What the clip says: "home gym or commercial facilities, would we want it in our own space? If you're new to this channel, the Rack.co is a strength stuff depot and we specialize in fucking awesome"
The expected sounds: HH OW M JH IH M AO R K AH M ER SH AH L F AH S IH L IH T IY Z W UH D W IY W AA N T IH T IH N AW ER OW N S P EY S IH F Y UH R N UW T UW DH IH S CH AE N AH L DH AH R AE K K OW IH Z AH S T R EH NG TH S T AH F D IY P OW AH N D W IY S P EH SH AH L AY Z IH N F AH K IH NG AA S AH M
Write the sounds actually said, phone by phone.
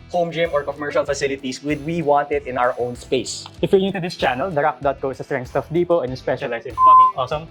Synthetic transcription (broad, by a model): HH OW M JH IH M AO R K AH M ER SH AH L F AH S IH L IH T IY S W UH D W IY W AA N T IH T IH N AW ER OW N S P EY S IH F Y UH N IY T UW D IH S CH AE N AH L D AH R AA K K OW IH S AH S T R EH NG S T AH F D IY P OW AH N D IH S P EH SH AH L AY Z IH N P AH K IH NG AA S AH M